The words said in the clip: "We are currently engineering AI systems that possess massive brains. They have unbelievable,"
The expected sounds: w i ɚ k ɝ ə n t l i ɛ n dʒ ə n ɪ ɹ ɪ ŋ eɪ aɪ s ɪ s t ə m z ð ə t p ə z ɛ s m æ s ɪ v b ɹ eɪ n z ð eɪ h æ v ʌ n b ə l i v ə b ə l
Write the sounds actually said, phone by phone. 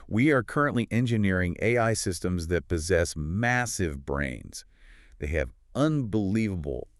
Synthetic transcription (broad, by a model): w i ɚ k ɝ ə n t l i ɛ n dʒ ə n ɪ ɹ ɪ ŋ eɪ aɪ s ɪ s t ə m z ð ə t p ə z ɛ s m æ s ɪ v b ɹ eɪ n z ð eɪ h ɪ v ʌ n b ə l i v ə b l